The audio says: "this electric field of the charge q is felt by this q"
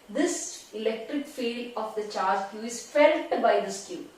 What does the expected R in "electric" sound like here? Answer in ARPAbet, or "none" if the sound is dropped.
none